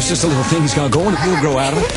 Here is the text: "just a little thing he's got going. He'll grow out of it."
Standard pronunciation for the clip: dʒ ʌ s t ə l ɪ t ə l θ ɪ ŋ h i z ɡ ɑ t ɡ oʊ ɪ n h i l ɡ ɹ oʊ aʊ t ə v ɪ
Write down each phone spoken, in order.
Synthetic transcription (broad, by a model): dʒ ʌ s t ə l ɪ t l θ ɪ ŋ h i z ɡ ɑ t ɡ oʊ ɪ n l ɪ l ɡ ɹ oʊ aʊ t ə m